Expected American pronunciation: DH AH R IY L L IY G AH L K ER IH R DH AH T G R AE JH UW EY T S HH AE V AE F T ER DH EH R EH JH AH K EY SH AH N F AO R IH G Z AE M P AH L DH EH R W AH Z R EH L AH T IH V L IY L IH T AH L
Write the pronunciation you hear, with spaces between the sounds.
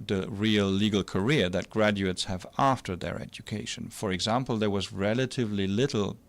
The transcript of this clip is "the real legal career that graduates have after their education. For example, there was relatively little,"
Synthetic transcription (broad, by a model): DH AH R IY L L IY G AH L K ER IH R DH AH T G R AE JH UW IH T S HH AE V AE F T ER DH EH R EH JH AH K EY SH AH N F AO R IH G Z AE M P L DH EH R W AH Z R EH L AH T IH V L IY L IH T L